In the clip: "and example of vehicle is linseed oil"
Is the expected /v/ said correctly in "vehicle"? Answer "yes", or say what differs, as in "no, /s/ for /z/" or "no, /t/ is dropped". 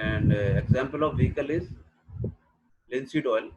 yes